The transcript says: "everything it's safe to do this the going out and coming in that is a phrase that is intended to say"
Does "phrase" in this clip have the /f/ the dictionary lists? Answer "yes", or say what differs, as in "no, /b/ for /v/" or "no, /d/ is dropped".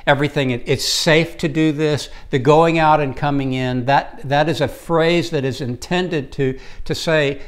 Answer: yes